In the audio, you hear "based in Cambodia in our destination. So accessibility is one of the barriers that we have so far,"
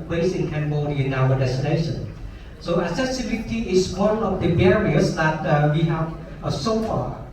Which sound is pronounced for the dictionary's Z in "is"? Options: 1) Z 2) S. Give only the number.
2